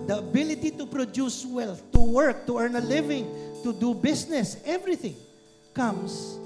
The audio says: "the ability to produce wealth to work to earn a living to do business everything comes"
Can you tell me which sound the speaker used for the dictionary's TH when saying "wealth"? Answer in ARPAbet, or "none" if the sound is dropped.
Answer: F